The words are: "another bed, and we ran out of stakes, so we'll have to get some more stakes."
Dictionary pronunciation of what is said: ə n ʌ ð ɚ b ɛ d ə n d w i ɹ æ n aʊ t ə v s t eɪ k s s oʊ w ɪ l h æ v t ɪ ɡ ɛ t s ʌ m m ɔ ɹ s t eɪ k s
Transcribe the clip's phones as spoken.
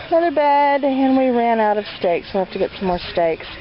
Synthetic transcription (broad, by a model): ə n ʌ ð ɚ b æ d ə n w i ɹ æ n aʊ t ə v s t eɪ k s s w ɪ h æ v t ɪ ɡ ɛ t s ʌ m m ɔ ɹ s t eɪ k s